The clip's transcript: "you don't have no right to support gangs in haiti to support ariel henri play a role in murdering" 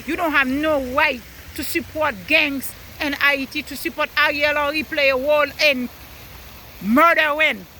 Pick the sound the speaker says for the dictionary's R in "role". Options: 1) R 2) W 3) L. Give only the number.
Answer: 2